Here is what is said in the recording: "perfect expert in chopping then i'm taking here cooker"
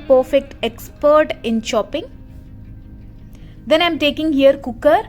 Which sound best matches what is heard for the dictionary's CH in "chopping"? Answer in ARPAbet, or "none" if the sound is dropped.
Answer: SH